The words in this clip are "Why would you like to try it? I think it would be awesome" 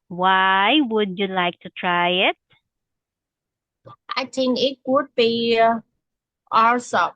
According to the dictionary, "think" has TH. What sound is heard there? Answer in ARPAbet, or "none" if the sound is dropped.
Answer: T